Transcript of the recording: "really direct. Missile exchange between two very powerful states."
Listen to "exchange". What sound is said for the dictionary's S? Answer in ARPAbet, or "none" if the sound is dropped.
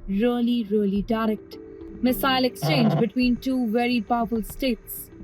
S